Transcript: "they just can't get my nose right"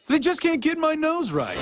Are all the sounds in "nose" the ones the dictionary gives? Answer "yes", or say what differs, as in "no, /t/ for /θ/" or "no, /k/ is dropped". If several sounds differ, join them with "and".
yes